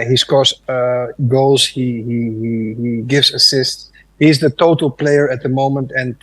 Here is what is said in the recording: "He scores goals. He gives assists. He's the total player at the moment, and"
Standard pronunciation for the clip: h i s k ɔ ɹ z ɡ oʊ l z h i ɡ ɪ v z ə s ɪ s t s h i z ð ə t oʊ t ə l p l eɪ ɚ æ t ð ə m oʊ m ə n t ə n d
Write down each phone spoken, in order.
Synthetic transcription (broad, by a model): h i s k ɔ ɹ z ɡ oʊ l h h i ɡ ɪ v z ə s ɪ s t s h i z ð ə t oʊ t ə l p l eɪ ɚ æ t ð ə m oʊ m ə n t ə n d